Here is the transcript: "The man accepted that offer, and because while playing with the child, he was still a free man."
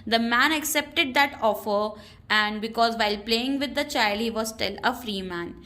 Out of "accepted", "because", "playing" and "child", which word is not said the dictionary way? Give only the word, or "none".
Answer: none